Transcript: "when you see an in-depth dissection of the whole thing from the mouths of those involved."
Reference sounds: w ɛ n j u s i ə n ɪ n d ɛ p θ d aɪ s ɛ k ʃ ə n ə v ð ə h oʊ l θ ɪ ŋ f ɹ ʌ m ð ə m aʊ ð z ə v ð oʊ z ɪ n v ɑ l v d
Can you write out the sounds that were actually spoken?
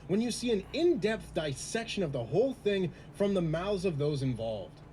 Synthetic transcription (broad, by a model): w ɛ n j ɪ s i ə n ɪ n d ɛ p θ d aɪ s ɛ k ʃ ə n ə v ð ə h oʊ l θ ɪ ŋ f ɹ ʌ m ð ə m aʊ z ə v ð oʊ z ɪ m v ɑ l v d